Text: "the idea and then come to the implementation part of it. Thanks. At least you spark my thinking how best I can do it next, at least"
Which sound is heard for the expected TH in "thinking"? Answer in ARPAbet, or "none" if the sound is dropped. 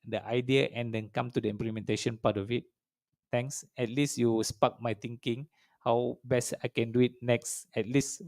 T